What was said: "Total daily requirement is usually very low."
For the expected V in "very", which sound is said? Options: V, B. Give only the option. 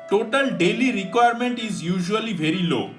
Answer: B